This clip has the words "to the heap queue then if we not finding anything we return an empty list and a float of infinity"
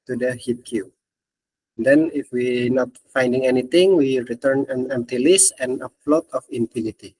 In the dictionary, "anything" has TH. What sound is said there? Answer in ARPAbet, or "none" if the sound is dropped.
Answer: T